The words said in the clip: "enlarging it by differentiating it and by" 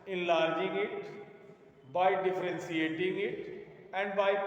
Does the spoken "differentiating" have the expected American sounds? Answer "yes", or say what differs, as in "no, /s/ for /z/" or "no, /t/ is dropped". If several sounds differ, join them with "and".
no, /s/ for /ʃ/